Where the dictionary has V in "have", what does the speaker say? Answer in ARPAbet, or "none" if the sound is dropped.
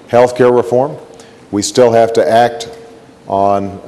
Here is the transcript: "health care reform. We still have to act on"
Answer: F